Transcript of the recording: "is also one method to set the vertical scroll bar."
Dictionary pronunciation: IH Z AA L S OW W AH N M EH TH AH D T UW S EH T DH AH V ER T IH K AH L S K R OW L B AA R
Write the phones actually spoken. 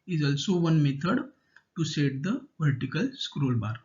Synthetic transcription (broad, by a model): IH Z AA L S OW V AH N M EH T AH D T UW S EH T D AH V ER T IH K AH L S K R OW L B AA R